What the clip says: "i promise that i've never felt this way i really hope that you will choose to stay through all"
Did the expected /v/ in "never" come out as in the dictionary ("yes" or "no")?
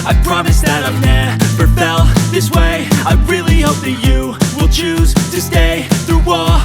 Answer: no